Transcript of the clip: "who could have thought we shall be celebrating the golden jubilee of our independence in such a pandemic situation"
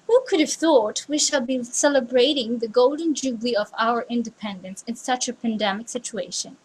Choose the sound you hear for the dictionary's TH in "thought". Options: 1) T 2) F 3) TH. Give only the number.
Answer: 3